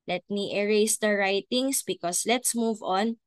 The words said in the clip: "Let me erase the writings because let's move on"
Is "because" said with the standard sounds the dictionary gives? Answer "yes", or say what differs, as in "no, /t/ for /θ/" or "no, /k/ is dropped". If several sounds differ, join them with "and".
no, /s/ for /z/